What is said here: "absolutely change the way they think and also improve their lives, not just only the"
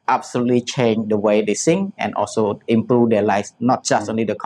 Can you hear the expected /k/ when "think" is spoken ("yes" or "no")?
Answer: no